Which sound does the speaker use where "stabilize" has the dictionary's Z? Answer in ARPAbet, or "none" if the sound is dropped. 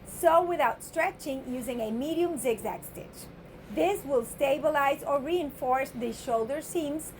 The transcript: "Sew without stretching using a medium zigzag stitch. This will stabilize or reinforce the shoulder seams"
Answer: Z